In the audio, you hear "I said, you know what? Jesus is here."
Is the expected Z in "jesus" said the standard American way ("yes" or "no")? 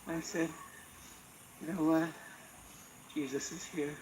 yes